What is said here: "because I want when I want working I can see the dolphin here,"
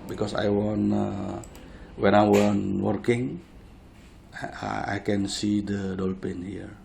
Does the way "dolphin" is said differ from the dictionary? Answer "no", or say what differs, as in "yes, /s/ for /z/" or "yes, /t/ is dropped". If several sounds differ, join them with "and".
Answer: yes, /p/ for /f/